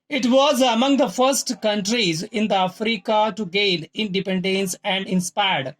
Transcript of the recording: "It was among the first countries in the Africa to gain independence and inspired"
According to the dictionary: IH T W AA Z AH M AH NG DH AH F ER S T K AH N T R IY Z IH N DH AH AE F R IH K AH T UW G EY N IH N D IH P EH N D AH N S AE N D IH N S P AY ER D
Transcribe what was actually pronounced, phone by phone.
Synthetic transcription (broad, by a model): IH T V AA Z AH M AH NG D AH F ER S T K AH N T R IY Z IH N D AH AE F R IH K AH T UW G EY L IH N D IH P EH N D AH N S AE N D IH N S P AY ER D